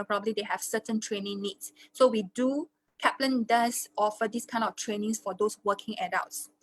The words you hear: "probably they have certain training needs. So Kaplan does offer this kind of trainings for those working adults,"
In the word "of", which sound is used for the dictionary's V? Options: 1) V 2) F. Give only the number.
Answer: 2